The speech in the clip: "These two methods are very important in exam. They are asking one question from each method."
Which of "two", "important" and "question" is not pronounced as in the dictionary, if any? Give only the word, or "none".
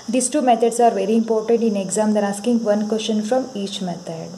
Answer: question